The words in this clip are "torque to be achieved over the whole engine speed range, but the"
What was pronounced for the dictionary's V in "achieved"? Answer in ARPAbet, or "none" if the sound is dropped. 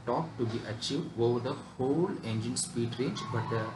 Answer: V